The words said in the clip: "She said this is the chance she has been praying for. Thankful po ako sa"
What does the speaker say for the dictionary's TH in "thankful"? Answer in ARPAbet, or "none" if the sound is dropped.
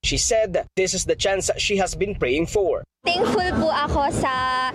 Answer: T